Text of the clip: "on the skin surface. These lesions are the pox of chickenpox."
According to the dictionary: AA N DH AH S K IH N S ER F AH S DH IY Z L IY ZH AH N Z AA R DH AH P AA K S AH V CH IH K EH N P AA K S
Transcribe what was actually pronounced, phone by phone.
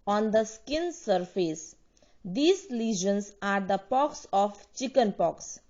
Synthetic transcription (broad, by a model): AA N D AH S K IH N S ER F AH S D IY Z L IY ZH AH N S AA R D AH P AA K S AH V CH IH K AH N P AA K S